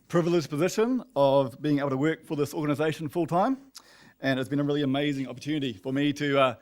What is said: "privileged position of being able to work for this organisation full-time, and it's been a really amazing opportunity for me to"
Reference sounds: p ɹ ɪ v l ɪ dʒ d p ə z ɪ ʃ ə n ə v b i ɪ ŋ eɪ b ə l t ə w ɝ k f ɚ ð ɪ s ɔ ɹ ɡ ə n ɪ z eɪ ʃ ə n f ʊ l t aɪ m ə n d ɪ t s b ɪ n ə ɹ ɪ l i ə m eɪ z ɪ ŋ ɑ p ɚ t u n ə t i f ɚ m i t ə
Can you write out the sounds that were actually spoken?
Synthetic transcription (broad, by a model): p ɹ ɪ v l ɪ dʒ p ə z ɪ ʃ ə n ə v b i ɪ ŋ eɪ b l t ə w ɝ k f ɚ ð ɪ s ɔ ɹ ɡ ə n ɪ z eɪ ʃ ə n f ʊ l t aɪ m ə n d ɪ t s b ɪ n ə ɹ ɪ l i ə m eɪ z ɪ ŋ ɑ p ɚ t u n ə t i f ɚ m i t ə